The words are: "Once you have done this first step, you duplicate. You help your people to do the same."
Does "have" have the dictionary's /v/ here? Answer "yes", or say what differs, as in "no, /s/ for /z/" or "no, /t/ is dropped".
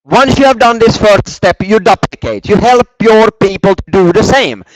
yes